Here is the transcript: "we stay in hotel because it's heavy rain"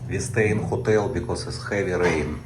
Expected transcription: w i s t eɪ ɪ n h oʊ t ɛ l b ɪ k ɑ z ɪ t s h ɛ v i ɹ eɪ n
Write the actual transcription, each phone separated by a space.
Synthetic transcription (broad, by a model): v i s t eɪ n h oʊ t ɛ l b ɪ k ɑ s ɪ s h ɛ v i ɹ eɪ n